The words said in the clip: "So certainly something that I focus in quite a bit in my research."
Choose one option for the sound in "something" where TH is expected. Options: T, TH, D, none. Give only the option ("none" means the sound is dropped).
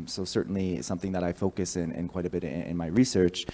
TH